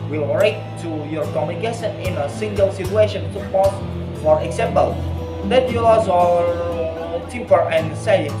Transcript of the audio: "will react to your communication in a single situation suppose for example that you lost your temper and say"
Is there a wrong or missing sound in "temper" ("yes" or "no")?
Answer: yes